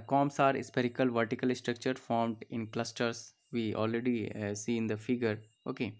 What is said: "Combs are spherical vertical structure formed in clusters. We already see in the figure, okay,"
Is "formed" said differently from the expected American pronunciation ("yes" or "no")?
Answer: no